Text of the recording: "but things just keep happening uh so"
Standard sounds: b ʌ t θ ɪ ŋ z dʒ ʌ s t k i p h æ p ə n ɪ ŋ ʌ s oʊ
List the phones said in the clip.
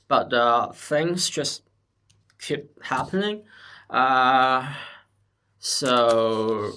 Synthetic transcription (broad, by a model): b ʌ t θ ɪ ŋ z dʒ ʌ s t k i p h æ p ə n ɪ ŋ ʌ s oʊ